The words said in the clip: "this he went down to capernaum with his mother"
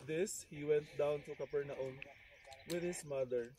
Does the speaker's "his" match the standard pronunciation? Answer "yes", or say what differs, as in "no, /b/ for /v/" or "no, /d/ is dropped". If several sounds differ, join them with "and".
no, /s/ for /z/